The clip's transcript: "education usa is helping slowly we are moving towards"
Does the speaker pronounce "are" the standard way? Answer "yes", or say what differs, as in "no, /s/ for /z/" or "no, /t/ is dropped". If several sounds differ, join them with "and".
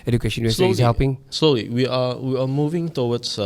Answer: no, /w/ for /ɹ/